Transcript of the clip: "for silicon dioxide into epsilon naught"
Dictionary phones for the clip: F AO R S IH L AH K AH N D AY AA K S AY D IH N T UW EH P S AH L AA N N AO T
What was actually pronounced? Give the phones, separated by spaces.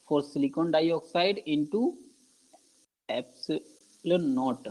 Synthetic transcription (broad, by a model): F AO R S IH L AH K AH N D AY AA K S AY D IH N T UW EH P S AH L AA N N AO T